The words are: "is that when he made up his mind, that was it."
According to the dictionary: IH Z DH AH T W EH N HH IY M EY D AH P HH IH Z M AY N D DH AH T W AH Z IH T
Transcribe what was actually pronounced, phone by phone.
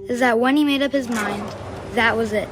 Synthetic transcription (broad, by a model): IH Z DH AH T W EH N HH IY M EY D AH P HH IH Z M AY N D DH AH T W AH Z IH T